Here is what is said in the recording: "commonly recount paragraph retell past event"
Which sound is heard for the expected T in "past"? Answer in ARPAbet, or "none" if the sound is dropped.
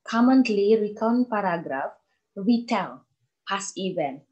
none